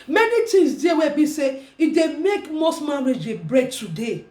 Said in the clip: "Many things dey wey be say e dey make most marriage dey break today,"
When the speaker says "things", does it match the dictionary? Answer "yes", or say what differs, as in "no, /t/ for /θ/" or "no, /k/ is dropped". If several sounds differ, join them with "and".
no, /t/ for /θ/